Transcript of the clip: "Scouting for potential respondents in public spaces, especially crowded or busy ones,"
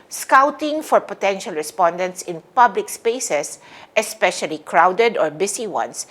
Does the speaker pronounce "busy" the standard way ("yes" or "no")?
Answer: no